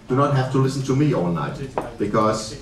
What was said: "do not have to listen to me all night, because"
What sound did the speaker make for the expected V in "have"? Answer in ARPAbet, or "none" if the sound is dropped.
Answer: F